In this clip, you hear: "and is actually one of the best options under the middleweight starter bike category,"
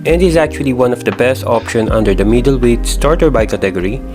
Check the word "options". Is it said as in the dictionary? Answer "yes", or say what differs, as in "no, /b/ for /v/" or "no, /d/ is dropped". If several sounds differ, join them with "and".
no, /z/ is dropped